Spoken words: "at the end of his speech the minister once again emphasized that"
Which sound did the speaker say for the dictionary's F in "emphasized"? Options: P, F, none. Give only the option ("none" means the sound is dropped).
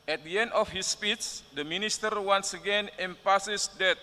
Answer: P